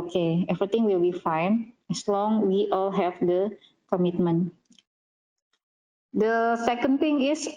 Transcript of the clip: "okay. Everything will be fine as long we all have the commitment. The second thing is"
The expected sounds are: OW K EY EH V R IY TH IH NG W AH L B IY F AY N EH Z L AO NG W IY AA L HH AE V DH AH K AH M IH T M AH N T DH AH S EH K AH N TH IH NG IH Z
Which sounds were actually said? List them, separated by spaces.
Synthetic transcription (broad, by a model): K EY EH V R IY T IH NG W AH L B IY F AY N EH S L AO NG W IY AA L HH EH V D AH K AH M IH T M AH N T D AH S EH K AH N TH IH NG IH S